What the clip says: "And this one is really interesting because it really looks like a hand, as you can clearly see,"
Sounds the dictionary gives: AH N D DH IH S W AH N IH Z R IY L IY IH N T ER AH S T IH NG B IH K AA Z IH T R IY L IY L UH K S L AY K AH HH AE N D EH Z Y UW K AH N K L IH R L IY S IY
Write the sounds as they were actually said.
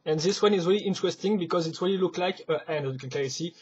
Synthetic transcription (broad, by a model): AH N DH IH S W AH N IH Z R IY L IY IH N T ER AH S T IH NG B IH K AA Z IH T R IY L IY L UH K L AY K AH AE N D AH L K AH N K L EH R IY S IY